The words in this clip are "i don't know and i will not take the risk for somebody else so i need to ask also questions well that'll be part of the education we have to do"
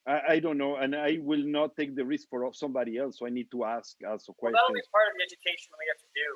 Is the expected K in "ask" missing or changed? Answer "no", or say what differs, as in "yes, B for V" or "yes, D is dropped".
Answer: no